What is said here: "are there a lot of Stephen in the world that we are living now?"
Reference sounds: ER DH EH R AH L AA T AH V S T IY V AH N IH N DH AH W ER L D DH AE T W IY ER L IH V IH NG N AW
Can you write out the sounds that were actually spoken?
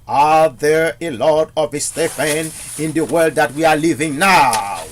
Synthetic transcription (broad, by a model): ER DH EH R AH L AA T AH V S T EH F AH N IH N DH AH W ER L D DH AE T W IY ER L IH V IH NG N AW